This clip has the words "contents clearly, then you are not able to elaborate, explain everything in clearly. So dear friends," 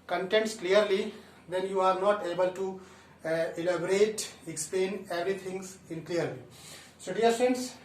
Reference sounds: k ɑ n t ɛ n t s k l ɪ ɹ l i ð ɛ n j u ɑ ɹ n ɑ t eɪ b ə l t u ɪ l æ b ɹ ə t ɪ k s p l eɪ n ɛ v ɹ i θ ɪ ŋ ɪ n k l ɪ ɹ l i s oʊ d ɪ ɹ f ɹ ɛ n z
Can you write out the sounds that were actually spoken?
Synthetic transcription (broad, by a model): k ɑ n t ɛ n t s k l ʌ ɹ l i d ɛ n j u ɑ ɹ n ɑ t eɪ b ə l t u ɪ l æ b ɹ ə t ɪ k s p l eɪ n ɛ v ɹ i t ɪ ŋ ɪ n k l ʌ ɹ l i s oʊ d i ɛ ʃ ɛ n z